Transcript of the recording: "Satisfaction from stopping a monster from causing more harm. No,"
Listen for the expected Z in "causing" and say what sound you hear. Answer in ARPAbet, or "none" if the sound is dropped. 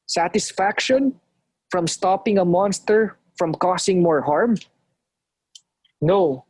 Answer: S